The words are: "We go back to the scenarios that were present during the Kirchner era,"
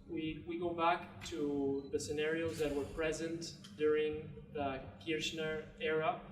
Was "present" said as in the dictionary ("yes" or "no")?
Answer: yes